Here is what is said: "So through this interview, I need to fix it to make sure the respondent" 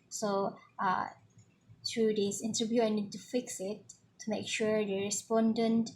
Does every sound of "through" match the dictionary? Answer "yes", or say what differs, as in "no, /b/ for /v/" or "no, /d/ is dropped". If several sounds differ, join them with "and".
no, /t/ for /θ/